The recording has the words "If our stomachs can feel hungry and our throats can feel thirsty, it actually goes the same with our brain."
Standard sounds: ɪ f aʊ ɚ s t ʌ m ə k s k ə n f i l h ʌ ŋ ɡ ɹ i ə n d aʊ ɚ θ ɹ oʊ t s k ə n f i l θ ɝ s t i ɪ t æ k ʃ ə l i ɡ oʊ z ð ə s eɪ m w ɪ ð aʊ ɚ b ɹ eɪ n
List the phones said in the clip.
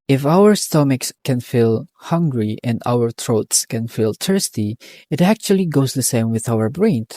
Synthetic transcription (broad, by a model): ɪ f aʊ ɚ s t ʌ m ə k s k ə n f i l h ʌ ŋ ɡ ɹ i ə n d aʊ ɚ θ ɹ oʊ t s k ə n f i l t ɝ s t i ɪ t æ k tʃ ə l i ɡ oʊ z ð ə s eɪ m w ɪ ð aʊ ɚ b ɹ eɪ n